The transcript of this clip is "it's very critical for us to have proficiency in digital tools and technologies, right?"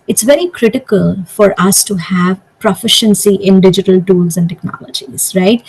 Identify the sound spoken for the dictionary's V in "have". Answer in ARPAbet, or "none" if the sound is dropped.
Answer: V